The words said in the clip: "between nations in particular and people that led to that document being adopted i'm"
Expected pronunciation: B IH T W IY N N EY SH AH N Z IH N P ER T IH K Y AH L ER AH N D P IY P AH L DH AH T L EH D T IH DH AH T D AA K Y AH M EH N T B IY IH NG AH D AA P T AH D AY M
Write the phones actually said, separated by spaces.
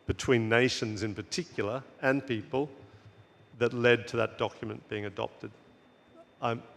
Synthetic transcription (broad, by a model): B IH T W IY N N EY SH AH N Z IH N P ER T IH K Y L ER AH N P IY P AH L DH AH T L EH D T IH DH AH T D AA K Y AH M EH N B IY IH NG AH D AA P T AH D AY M